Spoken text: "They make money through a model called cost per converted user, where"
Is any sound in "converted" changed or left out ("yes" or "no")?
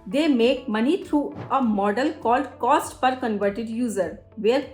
no